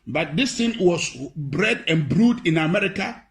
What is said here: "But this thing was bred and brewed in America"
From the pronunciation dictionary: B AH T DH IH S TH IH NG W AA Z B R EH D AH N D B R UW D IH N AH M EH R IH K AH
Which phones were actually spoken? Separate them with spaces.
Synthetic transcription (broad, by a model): B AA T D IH S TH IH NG W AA S B R EH D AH N B R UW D IH N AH M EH R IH K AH